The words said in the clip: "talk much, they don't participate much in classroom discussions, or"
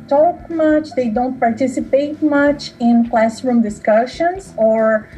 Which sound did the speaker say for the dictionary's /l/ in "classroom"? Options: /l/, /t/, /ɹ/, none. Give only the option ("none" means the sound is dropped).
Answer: /l/